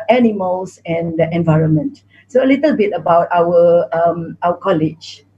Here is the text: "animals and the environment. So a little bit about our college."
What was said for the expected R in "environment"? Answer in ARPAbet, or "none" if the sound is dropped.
R